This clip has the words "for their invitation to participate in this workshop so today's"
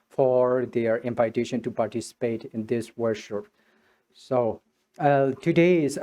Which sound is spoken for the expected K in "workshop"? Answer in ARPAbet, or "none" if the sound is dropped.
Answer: none